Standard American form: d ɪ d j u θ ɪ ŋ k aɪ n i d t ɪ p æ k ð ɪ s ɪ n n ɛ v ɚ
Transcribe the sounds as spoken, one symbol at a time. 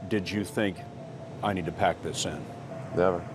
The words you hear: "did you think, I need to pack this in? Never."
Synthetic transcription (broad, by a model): d ɪ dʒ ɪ θ ɪ ŋ k aɪ n i d t ɪ p æ k ð ɪ s ɪ n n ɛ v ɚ